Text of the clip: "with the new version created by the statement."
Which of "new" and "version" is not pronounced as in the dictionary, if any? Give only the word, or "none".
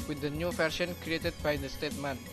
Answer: version